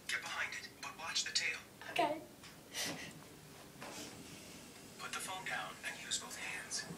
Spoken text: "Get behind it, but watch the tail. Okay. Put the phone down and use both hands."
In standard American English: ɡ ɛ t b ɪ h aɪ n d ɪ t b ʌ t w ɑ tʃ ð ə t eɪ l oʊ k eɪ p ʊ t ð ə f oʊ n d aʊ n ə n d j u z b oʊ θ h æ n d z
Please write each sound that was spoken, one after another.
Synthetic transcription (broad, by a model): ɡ ɛ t b ɪ h aɪ n d ɪ t b ʌ t w ɑ tʃ ð ə t eɪ l oʊ k eɪ p ʊ t ð ə f oʊ n d aʊ n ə n j u z b oʊ θ h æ n d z